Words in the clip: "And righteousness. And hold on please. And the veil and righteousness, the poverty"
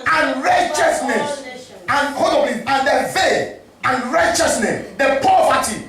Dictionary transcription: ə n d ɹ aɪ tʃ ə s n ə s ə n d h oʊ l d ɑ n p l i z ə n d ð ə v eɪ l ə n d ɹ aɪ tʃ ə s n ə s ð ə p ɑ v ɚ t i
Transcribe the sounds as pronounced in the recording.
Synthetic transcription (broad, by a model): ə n ɹ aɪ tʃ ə s n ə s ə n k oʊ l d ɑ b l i ə n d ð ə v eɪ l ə n ɹ aɪ tʃ ə s n ə s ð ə p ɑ v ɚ t i